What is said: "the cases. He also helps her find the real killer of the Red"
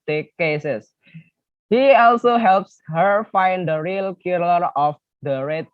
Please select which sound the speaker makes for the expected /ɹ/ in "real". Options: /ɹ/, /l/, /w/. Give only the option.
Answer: /ɹ/